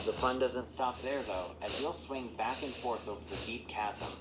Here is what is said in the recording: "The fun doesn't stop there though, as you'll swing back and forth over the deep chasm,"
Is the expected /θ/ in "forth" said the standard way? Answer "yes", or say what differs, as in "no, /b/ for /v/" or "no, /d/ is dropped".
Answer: yes